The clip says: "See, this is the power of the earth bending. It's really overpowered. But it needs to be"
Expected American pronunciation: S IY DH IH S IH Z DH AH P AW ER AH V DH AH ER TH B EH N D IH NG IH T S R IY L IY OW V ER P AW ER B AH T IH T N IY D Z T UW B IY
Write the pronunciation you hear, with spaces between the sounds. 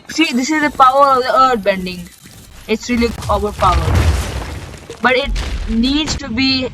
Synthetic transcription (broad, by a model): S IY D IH S IH Z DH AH P AW ER AH V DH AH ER T B EH N D IH NG IH T S R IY L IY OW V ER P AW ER B AH T IH T N IY D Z T UW B IY